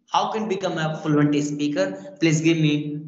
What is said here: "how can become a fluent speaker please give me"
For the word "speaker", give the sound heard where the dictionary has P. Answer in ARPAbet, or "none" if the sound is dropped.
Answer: P